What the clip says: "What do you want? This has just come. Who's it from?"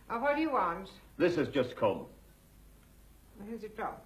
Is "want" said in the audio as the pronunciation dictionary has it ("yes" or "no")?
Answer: yes